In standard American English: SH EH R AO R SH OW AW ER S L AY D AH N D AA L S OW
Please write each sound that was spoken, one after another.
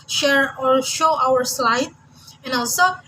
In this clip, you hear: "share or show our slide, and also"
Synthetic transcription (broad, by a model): SH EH R AO R SH OW AW ER S L AY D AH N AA L S OW